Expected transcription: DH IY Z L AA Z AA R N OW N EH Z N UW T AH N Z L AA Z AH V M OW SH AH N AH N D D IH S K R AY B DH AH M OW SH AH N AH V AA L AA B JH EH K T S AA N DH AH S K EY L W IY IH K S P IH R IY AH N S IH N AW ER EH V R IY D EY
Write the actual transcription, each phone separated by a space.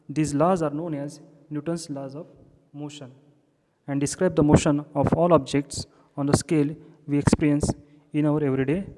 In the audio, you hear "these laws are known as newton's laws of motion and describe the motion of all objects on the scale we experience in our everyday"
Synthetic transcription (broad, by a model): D IY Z L AA Z AA R N OW N EH Z N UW T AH N S L AA Z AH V M OW SH AH N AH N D D IH S K R AY B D AH M OW SH AH N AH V AA L AA B JH EH K T S AA N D AH S K EY L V IY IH K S P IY R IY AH N S IH N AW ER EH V R IY D EY